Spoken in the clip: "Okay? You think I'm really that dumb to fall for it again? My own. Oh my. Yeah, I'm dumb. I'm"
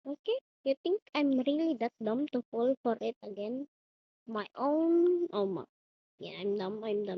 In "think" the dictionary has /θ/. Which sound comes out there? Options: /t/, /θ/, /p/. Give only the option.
/t/